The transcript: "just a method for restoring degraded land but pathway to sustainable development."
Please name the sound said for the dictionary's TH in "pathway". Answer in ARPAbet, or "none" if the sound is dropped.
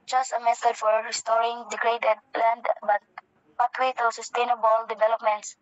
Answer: T